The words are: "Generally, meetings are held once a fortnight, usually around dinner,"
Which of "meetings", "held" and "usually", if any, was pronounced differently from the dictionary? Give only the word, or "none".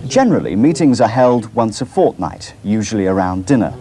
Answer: none